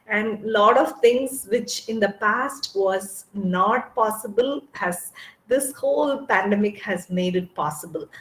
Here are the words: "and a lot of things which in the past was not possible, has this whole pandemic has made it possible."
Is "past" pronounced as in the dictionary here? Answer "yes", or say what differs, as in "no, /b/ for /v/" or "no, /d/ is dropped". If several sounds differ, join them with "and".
yes